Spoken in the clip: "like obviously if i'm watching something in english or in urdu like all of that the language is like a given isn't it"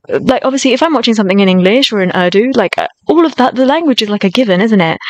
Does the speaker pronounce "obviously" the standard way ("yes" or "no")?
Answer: yes